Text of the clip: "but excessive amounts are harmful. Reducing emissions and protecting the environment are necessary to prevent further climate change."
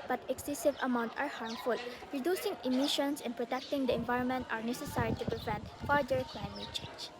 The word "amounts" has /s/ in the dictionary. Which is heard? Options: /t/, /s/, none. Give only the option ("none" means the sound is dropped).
none